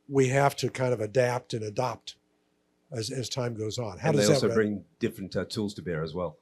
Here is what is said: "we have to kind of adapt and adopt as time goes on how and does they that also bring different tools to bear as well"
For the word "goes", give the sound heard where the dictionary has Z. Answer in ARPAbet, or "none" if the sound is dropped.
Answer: Z